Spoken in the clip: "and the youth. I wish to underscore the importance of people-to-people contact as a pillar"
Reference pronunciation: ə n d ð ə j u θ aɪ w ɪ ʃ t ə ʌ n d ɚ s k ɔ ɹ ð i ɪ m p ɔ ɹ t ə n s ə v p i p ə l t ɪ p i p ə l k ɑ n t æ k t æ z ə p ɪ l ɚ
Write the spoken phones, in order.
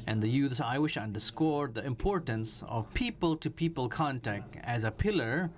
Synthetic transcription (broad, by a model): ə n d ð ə j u s aɪ w ɪ ʃ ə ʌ n d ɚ s k ɔ ɹ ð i ɪ m p ɔ ɹ t ə n s ə v p i p ə l t ɪ p i p ə l k ɑ n t æ k t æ z ə p ɪ l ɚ